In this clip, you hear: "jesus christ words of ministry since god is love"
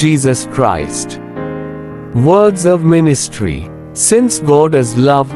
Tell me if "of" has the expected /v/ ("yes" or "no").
yes